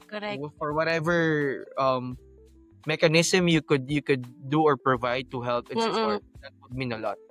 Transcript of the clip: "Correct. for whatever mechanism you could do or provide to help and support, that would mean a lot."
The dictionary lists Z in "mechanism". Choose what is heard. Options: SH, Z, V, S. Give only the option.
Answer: S